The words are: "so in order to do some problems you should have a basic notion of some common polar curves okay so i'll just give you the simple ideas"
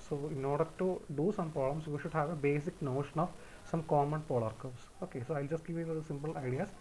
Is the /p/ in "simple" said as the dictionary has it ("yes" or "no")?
yes